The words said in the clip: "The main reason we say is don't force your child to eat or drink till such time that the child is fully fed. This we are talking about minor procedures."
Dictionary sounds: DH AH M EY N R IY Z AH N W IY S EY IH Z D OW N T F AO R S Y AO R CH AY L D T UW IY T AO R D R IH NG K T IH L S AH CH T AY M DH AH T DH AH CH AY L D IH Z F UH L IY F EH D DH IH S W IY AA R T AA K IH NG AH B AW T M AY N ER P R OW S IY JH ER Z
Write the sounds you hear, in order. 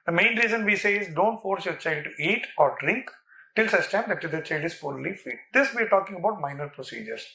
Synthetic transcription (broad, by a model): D AH M EY N R IY Z AH N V IY S EY IH Z D OW N T F AO R S Y AO R CH AY L D T UW IY T AO R D R IH NG K T IH L S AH S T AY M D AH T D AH CH AY L D IH Z F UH L IY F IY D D IH S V IY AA R T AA K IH NG AH B AW T M AY N ER P R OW S IY JH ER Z